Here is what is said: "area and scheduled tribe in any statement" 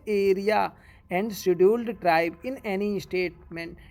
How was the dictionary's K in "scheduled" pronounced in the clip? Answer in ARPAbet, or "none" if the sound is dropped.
none